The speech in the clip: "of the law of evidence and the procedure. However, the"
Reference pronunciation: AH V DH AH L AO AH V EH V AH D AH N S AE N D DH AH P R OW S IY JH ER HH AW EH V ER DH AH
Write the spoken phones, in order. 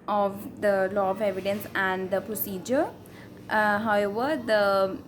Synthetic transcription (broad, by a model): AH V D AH L AO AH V EH V AH D AH N S AE N D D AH P R OW S IY JH ER HH AW EH V ER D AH